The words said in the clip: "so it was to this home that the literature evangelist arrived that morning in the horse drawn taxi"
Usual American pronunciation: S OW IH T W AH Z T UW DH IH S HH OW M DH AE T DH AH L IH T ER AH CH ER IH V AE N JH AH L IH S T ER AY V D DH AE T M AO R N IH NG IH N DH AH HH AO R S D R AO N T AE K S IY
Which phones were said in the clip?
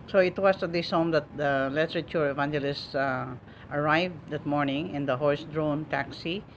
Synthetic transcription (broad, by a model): S OW IH T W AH S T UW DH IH S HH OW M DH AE T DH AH L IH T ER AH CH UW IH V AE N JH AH L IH S T ER AY V D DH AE T M AO R N IH NG IH N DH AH HH AO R S D R AO N T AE K S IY